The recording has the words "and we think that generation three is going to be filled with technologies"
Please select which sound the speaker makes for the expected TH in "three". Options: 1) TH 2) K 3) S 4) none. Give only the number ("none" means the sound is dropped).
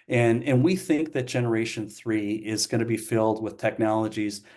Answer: 1